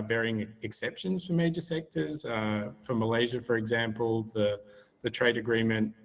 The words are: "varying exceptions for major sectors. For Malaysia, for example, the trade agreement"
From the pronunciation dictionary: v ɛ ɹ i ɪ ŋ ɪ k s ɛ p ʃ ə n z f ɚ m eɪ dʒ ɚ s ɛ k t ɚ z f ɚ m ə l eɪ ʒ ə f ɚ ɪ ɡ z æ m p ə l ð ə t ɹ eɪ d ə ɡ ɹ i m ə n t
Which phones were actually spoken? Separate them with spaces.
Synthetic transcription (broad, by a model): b ɛ ɹ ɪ ŋ ɪ k s ɛ p ʃ ə n z f ɚ m eɪ dʒ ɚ s ɛ k t ɚ z f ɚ m ə l eɪ ʒ ə f ɚ ɪ ɡ z æ m p ə l ð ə t ɹ eɪ d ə ɡ ɹ i m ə n t